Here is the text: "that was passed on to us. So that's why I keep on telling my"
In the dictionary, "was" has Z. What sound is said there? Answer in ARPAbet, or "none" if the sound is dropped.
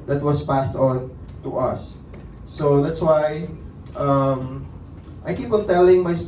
S